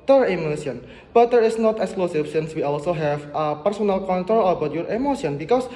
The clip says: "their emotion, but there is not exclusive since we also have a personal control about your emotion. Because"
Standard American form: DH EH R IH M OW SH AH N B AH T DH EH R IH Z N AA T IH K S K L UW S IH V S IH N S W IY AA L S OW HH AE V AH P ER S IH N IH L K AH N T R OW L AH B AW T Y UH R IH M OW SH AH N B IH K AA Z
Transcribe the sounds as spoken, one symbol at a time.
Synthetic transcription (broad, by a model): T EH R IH M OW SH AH N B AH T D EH R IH S N AA T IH K S K L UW S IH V S IH N S W IY AA L S OW HH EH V AH P ER S IH N IH L K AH N T R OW L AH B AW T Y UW R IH M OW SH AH N B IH K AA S